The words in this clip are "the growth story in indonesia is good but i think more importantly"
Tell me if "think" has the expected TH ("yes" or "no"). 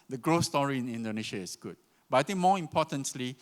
no